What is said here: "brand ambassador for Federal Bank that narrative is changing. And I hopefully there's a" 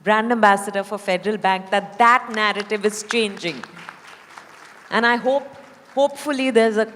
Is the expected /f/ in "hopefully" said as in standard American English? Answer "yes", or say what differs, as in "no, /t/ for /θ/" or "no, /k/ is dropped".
yes